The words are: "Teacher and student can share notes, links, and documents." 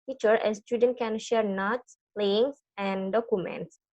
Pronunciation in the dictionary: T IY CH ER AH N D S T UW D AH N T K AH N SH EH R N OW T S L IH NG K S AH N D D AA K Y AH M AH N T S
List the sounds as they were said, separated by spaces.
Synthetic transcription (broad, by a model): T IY CH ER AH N S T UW D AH N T K AH N SH EH R N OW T S L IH NG S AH N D D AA K Y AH M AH N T S